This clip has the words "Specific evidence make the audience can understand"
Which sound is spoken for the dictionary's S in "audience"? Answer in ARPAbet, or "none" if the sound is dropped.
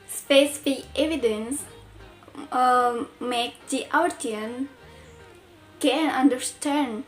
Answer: none